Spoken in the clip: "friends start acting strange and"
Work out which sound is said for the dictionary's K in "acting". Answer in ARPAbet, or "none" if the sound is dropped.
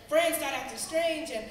none